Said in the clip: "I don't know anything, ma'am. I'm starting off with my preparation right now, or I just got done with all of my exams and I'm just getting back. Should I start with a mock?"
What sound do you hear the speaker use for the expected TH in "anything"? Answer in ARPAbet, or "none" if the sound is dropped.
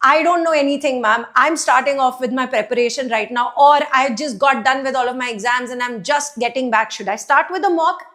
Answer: T